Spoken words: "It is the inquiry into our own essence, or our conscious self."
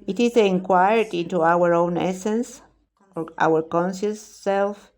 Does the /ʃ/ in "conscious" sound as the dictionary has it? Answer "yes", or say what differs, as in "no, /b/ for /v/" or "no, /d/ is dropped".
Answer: no, /s/ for /ʃ/